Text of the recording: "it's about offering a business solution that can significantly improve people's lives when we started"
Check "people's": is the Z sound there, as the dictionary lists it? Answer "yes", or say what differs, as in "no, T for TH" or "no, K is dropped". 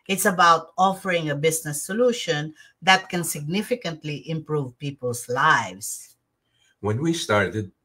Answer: no, S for Z